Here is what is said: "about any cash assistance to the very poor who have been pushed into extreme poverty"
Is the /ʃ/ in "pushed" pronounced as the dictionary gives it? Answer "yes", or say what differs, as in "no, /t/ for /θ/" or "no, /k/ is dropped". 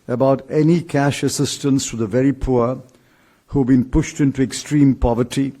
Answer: yes